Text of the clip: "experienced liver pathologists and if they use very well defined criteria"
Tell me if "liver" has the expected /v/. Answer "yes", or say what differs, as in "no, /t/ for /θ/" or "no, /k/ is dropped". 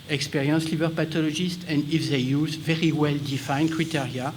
no, /b/ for /v/